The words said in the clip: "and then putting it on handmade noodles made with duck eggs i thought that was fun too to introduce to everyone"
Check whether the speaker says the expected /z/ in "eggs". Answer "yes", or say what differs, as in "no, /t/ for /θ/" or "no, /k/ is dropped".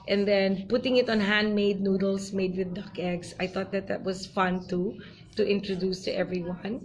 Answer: no, /s/ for /z/